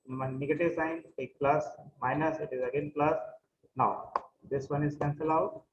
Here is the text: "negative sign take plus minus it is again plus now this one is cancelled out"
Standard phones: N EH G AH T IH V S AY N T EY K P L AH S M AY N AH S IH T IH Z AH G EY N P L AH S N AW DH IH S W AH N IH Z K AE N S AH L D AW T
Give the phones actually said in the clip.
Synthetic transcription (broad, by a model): N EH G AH T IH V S AY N T EY K P L AH S M AY N AH S IH T IH Z AH G EY N P L AH S N AW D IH S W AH N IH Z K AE N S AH L AW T